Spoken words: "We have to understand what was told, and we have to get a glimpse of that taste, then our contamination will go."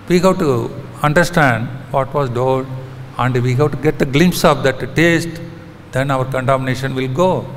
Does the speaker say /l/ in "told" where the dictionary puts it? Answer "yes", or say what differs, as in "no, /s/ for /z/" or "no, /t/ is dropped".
no, /l/ is dropped